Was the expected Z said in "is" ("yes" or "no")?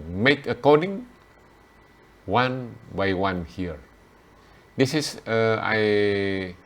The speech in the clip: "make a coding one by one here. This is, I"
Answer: no